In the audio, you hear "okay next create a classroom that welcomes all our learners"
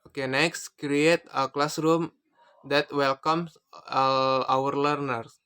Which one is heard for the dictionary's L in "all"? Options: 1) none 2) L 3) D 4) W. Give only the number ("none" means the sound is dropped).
4